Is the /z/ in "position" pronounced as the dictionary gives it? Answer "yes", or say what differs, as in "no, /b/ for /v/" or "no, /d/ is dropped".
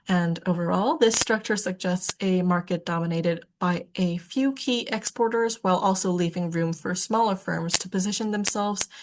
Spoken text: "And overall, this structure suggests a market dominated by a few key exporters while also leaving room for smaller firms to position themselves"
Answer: yes